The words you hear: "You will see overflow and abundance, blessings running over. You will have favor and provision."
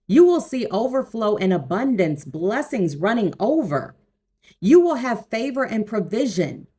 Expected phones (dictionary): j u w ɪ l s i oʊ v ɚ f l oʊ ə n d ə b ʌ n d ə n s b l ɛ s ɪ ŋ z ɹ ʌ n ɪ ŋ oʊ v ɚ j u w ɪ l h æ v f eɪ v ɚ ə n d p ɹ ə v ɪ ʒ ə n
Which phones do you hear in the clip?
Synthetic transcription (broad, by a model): j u w ɪ l s i oʊ v ɚ f l oʊ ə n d ə b ʌ n d ə n s b l ɛ s ɪ ŋ z ɹ ʌ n ɪ ŋ oʊ v ɚ j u w ɪ l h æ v f eɪ v ɚ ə n p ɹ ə v ɪ ʒ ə n